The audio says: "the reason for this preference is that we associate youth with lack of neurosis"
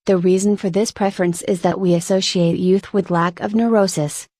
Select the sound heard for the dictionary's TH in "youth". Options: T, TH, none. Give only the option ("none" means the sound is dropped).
TH